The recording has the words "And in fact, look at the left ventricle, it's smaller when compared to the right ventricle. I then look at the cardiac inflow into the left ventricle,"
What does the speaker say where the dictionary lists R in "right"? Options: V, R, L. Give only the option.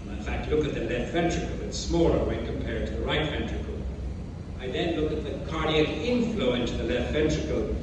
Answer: R